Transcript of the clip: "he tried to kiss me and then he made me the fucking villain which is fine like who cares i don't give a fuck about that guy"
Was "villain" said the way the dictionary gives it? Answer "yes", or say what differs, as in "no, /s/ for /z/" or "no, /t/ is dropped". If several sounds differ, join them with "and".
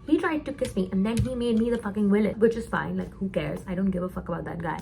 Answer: no, /w/ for /v/